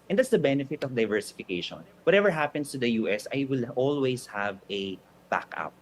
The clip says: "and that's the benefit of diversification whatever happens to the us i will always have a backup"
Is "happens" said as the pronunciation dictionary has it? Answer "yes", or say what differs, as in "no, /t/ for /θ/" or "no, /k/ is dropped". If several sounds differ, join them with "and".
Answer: no, /s/ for /z/